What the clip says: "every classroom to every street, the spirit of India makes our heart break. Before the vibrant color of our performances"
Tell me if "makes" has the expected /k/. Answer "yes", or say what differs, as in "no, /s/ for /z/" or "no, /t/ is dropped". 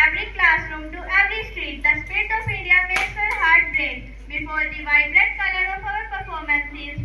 no, /k/ is dropped